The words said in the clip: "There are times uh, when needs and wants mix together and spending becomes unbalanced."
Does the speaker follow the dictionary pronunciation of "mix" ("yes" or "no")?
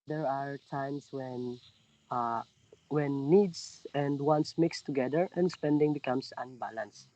yes